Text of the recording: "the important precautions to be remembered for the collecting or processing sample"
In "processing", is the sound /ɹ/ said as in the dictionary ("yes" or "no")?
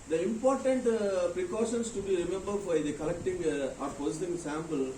no